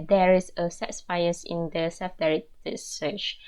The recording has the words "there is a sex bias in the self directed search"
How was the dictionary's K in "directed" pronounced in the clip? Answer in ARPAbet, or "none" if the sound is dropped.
none